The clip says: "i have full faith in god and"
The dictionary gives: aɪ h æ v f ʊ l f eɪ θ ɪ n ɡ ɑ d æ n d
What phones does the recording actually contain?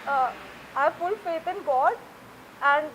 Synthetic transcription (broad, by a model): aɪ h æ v f ʊ l f eɪ t ɪ n ɡ ɑ d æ n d